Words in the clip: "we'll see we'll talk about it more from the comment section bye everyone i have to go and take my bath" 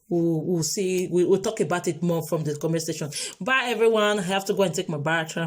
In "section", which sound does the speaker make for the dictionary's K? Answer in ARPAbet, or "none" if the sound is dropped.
none